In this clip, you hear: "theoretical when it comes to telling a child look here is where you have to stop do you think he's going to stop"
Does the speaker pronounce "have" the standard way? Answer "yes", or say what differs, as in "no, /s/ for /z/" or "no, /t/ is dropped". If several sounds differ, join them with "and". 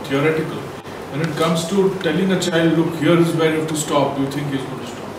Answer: no, /f/ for /v/